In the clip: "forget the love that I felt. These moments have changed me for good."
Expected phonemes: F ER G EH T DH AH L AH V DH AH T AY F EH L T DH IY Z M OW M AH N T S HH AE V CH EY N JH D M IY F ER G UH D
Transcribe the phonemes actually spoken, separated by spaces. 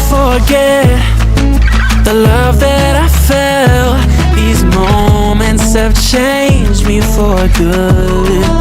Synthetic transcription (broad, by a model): F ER G EH T DH AH L AH V DH AH T AY F EH L DH IY Z M OW M AH N T S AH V CH EY N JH M IY F ER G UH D